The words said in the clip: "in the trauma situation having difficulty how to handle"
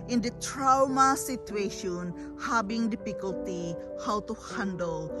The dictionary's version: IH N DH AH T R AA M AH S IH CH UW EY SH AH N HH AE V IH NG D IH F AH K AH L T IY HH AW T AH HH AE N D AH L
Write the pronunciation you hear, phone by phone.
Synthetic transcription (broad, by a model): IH N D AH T R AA M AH S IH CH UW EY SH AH N HH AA B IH NG D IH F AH K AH L T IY HH AW T AH HH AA N D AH L